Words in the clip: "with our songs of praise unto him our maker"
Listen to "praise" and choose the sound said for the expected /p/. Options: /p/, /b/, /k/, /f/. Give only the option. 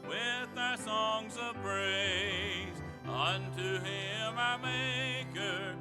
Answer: /b/